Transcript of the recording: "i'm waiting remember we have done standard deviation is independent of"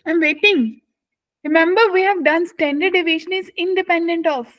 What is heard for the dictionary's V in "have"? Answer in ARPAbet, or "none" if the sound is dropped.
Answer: V